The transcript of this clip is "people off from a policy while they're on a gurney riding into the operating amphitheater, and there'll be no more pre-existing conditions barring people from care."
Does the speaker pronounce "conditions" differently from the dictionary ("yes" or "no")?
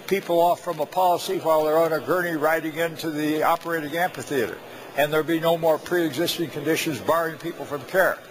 no